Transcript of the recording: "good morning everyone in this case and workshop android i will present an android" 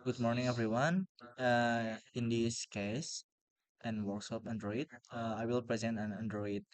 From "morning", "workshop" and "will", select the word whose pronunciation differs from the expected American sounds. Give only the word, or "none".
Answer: workshop